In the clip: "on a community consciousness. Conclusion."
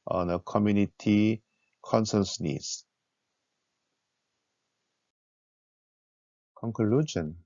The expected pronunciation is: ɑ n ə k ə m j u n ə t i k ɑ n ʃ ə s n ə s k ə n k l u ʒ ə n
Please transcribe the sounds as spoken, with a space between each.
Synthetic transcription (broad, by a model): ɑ n ə k ə m j u n ə t i k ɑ n s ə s n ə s k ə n k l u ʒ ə n